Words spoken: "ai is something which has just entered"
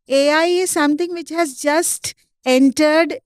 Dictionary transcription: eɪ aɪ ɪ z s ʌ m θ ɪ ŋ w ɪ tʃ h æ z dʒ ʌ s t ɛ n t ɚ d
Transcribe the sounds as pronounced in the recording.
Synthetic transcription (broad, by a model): eɪ aɪ ɪ z s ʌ m t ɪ ŋ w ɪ tʃ h æ z dʒ ʌ s t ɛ n t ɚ d